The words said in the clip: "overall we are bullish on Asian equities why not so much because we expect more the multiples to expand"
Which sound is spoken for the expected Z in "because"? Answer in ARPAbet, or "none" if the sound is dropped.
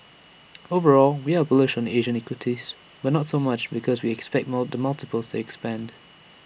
Z